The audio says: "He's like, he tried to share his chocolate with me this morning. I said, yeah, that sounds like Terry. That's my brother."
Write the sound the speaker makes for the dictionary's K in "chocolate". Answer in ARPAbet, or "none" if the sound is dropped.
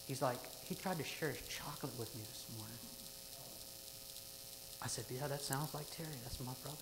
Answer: K